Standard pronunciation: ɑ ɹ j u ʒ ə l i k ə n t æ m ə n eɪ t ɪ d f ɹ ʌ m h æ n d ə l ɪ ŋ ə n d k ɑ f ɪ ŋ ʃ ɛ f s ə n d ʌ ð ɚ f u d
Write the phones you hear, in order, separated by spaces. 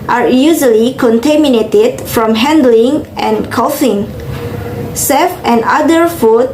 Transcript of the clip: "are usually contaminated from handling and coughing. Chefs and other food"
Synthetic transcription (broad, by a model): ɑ ɹ j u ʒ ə l i k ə n t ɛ m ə n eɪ t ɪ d f ɹ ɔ m h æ n d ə l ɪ ŋ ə n k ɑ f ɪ ŋ s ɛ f ə n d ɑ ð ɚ f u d